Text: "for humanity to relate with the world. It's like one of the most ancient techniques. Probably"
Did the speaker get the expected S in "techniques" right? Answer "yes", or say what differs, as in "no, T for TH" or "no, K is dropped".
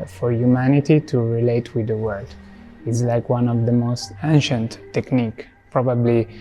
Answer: no, S is dropped